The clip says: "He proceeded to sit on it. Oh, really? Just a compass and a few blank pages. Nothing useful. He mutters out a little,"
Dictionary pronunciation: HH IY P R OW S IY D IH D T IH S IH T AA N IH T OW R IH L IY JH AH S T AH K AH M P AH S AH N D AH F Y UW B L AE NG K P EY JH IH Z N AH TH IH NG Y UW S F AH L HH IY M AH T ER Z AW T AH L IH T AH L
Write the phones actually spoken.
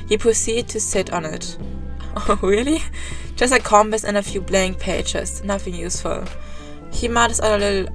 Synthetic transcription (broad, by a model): HH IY P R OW S IY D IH D T IH S IH T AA N IH T OW R IH L IY JH AH S T AH K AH M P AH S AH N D AH F Y UW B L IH NG P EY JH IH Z N AH TH IH NG Y UW S F AH L HH IY M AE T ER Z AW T AH L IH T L